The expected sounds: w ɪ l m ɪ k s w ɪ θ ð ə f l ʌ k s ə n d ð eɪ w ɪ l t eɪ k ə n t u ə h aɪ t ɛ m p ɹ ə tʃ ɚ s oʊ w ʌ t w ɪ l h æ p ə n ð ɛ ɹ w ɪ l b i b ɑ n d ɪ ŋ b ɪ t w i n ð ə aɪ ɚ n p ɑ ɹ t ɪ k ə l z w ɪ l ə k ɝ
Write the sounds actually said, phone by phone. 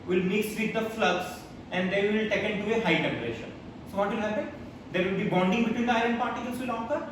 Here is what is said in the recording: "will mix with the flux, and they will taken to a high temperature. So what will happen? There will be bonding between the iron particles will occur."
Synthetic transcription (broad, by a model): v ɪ l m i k s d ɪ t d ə f l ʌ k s ə n d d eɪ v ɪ l t eɪ k ə n t u ə h aɪ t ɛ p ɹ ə ʃ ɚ s oʊ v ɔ t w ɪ l h æ p ə n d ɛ ɹ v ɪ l b i b ɑ n d ɪ ŋ b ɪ t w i n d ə aɪ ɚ n p ɑ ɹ t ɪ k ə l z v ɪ l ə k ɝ